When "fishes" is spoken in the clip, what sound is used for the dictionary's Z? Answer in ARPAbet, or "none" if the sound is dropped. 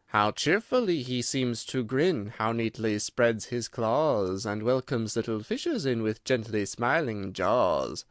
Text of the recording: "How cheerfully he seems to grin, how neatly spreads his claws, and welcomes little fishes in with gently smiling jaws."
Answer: Z